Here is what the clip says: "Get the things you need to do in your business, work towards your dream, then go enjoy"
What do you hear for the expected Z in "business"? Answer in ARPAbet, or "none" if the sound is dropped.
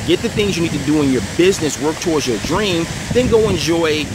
Z